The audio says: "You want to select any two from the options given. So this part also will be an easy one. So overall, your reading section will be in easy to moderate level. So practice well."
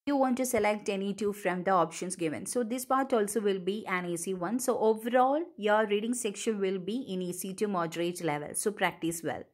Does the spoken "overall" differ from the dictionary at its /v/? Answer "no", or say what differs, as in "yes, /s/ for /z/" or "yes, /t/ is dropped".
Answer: no